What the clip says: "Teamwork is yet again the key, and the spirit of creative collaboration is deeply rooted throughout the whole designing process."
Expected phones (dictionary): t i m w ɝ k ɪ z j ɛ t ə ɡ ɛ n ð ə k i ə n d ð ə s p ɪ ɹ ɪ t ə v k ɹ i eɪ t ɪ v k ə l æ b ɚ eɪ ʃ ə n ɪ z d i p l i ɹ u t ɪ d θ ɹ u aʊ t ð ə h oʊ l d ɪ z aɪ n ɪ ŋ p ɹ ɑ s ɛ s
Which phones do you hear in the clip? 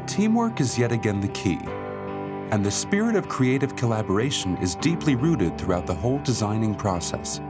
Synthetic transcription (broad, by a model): t i m w ɝ k ɪ z j ɛ t ə ɡ ɛ n ð ə k i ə n ð ə s p ɪ ɹ ɪ t ə v k ɹ i eɪ t ɪ v k ə l æ b ɚ eɪ ʃ ə n ɪ z d i p l i ɹ u t ɪ d θ ɹ u aʊ t ð ə h oʊ l d ɪ z aɪ n ɪ ŋ p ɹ ɑ s ɛ s